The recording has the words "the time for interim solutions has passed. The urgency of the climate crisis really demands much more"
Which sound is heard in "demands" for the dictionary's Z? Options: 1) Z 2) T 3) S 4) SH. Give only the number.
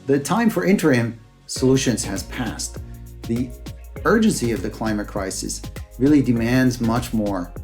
1